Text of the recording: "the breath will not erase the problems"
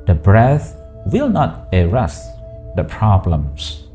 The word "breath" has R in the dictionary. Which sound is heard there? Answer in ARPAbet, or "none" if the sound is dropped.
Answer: R